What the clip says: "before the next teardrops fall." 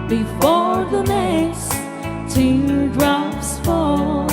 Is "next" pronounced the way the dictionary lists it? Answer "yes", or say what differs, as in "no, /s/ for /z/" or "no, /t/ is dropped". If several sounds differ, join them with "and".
no, /k/ is dropped